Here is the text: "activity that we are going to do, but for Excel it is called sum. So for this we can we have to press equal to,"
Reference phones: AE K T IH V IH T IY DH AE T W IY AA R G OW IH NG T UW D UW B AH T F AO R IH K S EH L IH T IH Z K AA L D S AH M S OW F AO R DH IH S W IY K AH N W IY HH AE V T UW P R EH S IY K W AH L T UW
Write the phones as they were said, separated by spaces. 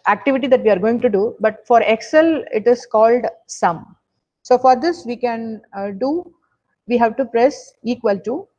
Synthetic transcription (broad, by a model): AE K T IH V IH T IY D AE T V IY AA R G OW IH NG T UW D UW B AH T F AO R IH K S EH L IH T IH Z K AA L D S AH M S OW F AO R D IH S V IY K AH N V IY HH AE V T UW P R EH S IY K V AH L T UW